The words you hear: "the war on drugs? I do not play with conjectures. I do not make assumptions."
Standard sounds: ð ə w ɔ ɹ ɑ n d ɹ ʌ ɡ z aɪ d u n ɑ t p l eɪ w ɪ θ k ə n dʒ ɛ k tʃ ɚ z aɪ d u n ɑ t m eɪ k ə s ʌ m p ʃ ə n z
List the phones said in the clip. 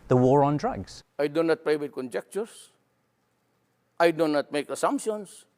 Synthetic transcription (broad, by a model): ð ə w ɔ ɹ ɑ n d ɹ ʌ ɡ z aɪ d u n ɑ t p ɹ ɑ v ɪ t k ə n dʒ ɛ k tʃ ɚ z aɪ d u n ɑ t m eɪ k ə s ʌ m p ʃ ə n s